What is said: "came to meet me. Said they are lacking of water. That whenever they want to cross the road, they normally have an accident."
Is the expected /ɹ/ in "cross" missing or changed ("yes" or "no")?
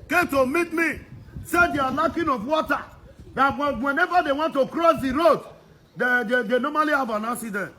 no